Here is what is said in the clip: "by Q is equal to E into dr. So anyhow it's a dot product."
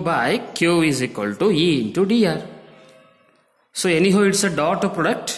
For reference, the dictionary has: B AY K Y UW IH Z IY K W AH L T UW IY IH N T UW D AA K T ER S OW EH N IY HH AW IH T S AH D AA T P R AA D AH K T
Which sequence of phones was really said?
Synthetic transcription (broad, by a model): B AY K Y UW IH Z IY K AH L T UW IY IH N T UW D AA T S OW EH N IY HH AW IH T S AH D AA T P R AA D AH K T